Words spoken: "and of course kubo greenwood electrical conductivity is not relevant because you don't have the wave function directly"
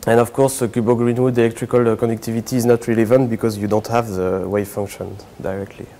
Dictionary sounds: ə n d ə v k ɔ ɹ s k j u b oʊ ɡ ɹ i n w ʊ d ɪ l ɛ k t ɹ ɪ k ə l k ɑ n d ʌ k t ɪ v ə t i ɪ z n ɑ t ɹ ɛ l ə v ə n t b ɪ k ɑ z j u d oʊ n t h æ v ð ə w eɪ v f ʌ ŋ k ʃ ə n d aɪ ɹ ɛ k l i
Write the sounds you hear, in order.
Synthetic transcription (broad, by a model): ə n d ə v k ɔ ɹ s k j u b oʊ ɡ ɹ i n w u d ɪ l ɛ k t ɹ ɪ k ə l k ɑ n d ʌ k t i v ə t i z n ɑ t ɹ ɛ l ə v ə n t b ɪ k ɑ z j u d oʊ n t h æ v ð ə w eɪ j f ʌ ŋ k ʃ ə n d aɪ ɹ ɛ k l i